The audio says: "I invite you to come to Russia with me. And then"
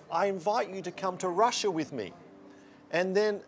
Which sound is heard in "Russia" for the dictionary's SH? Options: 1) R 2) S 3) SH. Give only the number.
3